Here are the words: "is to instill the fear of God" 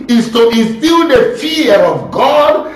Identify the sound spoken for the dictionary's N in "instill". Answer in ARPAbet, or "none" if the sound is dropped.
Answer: none